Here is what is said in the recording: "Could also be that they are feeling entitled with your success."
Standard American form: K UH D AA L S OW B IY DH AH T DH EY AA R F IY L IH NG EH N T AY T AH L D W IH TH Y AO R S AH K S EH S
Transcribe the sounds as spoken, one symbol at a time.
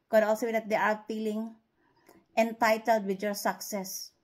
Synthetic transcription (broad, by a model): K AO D AA L S OW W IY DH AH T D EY AA R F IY L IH NG EH N T AY T AH L D W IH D Y AO R S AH K S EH S